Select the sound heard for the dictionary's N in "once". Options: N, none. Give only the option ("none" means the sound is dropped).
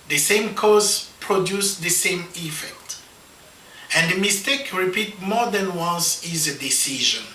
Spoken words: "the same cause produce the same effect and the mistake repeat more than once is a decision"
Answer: N